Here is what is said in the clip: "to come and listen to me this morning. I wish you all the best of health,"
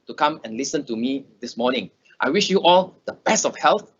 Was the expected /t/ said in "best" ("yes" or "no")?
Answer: no